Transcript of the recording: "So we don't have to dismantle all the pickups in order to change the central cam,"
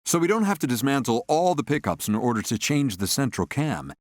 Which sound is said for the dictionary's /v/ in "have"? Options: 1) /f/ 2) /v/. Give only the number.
1